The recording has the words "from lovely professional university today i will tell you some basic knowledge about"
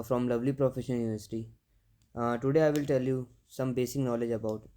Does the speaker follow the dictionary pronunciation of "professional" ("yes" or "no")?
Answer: no